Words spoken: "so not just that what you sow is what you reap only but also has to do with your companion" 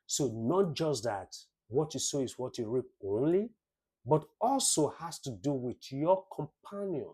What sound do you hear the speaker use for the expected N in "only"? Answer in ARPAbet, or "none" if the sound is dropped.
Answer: N